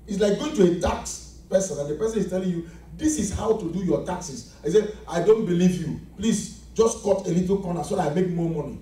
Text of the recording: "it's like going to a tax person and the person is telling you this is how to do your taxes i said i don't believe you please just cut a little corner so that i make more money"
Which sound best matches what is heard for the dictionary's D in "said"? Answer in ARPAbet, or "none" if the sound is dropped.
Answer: none